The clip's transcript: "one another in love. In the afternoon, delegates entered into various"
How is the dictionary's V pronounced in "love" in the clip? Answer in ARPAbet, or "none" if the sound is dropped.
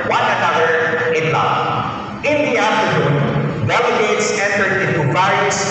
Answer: none